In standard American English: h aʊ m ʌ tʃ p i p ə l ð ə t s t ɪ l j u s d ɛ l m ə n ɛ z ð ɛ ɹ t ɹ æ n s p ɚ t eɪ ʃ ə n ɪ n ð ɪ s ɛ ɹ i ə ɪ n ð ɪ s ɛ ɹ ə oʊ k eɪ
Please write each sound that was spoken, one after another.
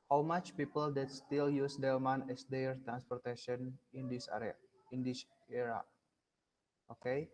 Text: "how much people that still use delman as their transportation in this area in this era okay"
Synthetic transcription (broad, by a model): h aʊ m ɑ tʃ p i p ə l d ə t s t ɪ l j u s d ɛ m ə n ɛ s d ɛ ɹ t ɹ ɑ n s p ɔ t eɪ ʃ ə n ɪ n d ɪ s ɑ ɹ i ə ɪ n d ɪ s ɛ ɹ ə oʊ k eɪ